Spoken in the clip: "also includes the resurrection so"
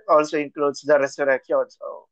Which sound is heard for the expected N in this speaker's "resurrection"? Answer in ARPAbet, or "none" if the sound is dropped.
L